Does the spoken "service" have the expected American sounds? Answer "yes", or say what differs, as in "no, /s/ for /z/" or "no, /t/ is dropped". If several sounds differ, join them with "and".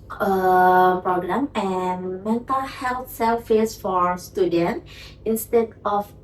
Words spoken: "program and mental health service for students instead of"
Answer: no, /f/ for /v/